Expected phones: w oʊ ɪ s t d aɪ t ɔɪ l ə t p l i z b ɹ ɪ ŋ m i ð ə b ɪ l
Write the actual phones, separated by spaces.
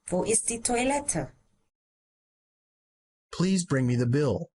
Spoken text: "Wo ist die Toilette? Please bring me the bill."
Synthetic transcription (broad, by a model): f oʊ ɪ s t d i t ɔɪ l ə t p l i z b ɹ ɪ ŋ m i ð ə b ɪ l